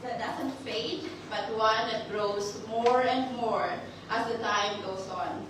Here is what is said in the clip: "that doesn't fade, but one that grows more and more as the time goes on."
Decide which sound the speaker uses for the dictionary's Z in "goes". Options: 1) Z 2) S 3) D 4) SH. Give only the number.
2